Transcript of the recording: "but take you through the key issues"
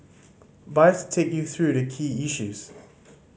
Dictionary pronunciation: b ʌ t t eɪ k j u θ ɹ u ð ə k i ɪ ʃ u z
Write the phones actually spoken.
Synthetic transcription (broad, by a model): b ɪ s t eɪ k j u θ ɹ u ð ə k i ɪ ʃ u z